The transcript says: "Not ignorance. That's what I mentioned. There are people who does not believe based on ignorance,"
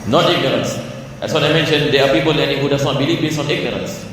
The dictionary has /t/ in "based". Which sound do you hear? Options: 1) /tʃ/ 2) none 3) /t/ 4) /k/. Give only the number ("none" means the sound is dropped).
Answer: 2